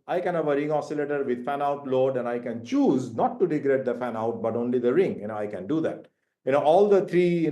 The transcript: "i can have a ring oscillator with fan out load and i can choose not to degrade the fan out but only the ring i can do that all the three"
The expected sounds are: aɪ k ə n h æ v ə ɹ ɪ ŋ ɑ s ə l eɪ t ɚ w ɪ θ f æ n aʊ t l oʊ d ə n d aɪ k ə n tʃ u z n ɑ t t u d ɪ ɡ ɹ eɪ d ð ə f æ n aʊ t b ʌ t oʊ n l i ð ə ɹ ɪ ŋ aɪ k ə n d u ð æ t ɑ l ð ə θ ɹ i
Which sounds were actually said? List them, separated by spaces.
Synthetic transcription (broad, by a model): aɪ k ə n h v ə ɹ ɪ ŋ ɑ s ə l eɪ t ɚ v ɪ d f æ n aʊ t l oʊ d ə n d aɪ k ə n tʃ u z n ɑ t t u d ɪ ɡ ɹ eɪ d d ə f æ n aʊ t b ʌ t oʊ n l i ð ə ɹ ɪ ŋ aɪ k ə n d u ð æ t ɑ l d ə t ɹ i